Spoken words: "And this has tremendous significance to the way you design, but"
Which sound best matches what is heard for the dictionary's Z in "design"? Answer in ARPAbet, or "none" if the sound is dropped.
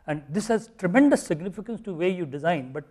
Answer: Z